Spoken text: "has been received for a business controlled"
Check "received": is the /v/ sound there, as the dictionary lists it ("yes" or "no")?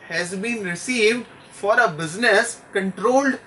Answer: yes